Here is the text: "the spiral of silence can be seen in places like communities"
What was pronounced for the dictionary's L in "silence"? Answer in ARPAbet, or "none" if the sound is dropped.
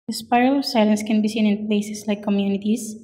L